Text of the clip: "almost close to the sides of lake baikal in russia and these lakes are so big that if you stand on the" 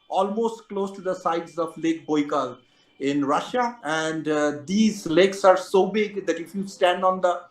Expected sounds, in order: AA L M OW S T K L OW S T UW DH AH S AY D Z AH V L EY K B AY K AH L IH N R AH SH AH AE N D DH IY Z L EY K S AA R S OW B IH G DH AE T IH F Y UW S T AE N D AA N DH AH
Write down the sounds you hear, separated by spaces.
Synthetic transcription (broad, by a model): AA L M OW S T K L OW S T UW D AH S AY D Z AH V L EY K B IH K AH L IH N R AH SH AH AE N D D IY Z L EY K S AA R S OW B IH G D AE T IH F Y UW S T AE N D AA N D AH